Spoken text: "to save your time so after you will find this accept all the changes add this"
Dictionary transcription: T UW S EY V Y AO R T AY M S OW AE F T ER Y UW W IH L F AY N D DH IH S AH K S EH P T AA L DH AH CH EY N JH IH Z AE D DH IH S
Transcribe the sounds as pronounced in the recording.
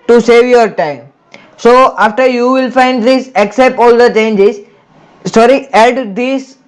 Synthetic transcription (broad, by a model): T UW S EY V Y AO R T AY M S OW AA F T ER Y UW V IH L F AY N D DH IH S AH K S EH P T AA L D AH CH EY N JH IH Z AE D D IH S